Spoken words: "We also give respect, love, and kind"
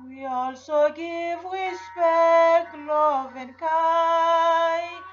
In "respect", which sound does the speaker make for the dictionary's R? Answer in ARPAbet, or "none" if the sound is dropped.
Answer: W